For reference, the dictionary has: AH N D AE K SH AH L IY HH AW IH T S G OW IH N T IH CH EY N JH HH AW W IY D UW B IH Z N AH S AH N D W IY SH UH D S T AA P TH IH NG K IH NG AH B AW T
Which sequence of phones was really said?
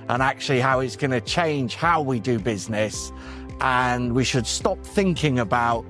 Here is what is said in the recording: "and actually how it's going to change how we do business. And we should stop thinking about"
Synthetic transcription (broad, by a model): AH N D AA K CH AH L IY HH AW IH T S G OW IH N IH CH EY N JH HH AW W IY D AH B IH Z N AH S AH N W IY SH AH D S T AA P TH IH NG K IH NG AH B AW T